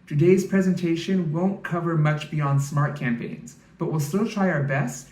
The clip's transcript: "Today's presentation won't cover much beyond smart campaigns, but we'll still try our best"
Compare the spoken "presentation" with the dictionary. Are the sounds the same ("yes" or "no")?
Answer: yes